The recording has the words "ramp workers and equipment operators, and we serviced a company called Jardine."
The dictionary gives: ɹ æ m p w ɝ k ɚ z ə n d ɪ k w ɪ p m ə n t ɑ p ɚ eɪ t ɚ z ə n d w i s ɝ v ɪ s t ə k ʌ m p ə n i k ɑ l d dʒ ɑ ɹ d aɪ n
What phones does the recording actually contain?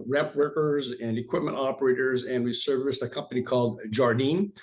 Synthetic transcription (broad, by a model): ɹ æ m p w ɝ k ɚ z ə n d ɪ k w ɪ p m ə n t ɑ p ɚ eɪ t ɚ z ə n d w i s ɝ v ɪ s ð ə k ʌ m p ə n i k ɑ l d dʒ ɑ ɹ d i n